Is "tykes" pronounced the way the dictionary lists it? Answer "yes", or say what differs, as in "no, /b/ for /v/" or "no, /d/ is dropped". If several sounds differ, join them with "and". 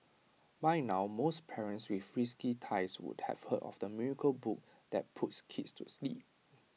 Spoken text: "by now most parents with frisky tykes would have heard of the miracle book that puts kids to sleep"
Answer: no, /k/ is dropped